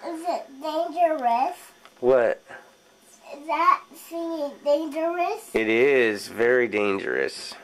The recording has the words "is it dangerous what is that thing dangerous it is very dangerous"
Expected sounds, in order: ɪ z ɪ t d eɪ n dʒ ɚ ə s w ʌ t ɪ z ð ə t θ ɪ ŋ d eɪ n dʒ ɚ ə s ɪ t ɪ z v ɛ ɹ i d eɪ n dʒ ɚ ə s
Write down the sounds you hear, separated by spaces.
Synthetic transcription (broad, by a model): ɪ z ɪ t d eɪ n dʒ ɚ ə s w ʌ t ɪ z ð ə t s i d eɪ n dʒ ɚ ə s ɪ t ɪ z v ɛ ɹ i d eɪ n dʒ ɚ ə s